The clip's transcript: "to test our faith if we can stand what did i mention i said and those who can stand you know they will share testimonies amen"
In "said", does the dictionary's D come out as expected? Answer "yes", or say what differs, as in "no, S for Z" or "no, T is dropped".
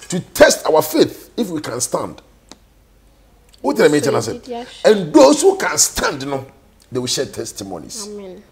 no, D is dropped